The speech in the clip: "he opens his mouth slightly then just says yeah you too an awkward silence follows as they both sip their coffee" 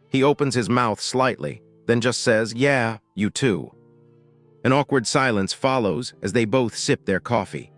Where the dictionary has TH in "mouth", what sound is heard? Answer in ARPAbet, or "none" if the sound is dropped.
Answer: TH